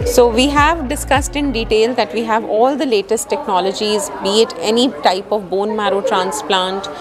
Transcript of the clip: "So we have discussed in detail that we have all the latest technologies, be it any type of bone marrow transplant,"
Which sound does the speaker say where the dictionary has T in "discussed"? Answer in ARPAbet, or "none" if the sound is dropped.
T